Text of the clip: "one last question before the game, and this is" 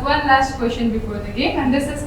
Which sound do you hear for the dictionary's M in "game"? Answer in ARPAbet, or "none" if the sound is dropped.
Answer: none